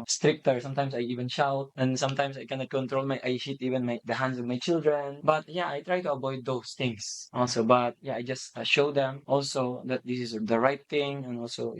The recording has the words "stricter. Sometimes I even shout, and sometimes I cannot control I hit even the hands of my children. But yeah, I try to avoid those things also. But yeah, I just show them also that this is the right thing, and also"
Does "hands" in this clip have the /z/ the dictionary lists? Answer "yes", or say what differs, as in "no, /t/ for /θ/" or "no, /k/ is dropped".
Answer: no, /s/ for /z/